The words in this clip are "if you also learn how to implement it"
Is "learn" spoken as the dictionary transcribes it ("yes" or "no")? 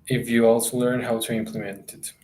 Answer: yes